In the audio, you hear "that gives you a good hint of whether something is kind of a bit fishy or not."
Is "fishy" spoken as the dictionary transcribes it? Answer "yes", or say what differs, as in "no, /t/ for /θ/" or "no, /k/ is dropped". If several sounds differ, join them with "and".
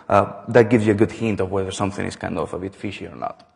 yes